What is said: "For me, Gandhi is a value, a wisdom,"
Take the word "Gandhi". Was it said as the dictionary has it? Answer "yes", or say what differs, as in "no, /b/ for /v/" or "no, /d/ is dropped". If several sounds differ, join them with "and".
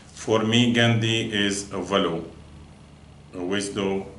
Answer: yes